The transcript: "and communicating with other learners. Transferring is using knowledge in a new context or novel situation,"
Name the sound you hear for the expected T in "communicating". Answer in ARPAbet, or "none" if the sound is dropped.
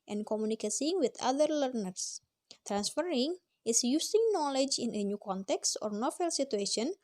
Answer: S